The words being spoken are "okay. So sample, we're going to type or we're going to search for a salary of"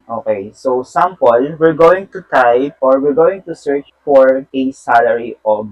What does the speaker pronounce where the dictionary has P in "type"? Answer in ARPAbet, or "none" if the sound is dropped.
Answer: none